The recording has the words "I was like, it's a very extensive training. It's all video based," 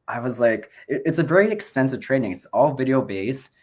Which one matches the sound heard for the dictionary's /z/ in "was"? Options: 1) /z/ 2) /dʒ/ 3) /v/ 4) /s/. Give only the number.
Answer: 1